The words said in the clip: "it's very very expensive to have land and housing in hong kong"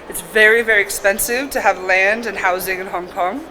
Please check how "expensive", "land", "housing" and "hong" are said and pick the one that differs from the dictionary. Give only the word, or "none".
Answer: none